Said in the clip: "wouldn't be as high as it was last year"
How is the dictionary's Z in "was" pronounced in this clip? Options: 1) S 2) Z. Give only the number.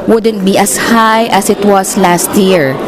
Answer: 1